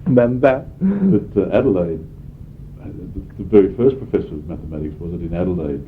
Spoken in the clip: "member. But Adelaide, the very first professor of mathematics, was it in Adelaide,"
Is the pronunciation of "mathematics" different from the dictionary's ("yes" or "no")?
no